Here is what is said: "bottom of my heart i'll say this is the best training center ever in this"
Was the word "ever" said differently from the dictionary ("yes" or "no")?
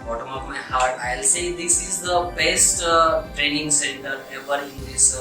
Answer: yes